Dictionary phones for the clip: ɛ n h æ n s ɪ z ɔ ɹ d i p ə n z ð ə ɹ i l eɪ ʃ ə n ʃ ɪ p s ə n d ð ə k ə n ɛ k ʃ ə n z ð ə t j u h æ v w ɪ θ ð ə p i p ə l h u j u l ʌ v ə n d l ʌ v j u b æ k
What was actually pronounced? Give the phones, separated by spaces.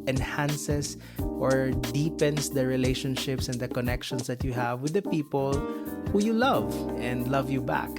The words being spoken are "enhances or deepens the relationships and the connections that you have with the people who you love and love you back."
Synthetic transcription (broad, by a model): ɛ n h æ n s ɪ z ɔ ɹ d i p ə n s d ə ɹ i l eɪ ʃ ə n ʃ ɪ p s ə n d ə k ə n ɛ k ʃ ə n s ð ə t j u h æ v w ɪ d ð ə p i p ə l h u j u l ʌ v ə n d l ʌ v j u b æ k